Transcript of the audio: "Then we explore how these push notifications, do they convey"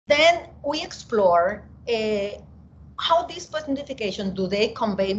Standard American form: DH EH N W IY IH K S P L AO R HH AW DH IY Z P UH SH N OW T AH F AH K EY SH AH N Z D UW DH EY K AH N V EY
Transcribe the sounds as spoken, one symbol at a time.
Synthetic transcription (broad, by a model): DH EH N W IY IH K S P L AO R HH AW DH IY S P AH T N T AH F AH K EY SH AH N D UW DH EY K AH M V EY